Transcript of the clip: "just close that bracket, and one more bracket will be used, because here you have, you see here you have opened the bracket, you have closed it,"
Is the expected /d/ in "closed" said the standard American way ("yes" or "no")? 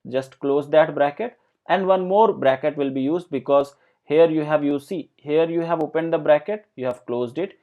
yes